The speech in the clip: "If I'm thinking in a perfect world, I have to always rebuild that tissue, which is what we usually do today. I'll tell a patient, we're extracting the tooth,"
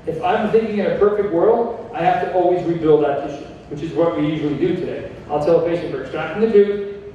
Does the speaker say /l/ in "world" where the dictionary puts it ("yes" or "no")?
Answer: yes